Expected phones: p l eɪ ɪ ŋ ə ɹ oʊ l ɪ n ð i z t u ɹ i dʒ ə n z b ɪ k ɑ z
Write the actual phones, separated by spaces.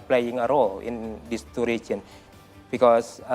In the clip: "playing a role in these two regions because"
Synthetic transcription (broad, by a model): p l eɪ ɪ ŋ ə ɹ oʊ l ɪ n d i s t u ɹ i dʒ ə n b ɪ k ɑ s